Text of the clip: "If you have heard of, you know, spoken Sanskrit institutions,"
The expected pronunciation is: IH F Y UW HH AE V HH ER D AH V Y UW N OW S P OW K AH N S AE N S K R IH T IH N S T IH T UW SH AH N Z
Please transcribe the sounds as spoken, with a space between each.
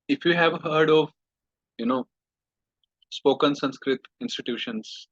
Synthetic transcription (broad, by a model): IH F Y UW HH AE V HH ER D AH V Y UW N OW S P OW K AH N S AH N S K R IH T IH N S T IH T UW SH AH N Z